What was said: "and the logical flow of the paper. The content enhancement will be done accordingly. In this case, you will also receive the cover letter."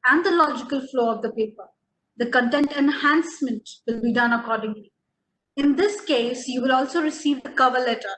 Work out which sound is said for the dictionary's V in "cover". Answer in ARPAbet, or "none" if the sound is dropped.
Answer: V